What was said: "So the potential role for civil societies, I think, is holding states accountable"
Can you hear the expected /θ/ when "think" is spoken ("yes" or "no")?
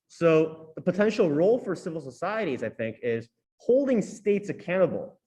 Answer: yes